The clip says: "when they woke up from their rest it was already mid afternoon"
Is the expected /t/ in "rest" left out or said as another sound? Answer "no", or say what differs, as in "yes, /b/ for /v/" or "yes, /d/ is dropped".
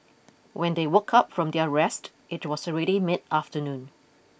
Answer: no